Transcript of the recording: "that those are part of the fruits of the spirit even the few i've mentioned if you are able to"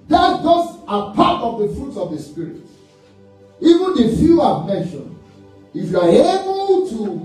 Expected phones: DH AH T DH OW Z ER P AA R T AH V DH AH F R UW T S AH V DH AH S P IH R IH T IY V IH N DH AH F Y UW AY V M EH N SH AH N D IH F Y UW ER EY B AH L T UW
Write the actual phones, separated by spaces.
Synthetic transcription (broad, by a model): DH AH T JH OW S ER P AA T AH V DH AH F R UW T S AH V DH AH S P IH R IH T IY V IH N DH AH F Y UW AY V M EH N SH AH N IH F Y UW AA EY B AH L T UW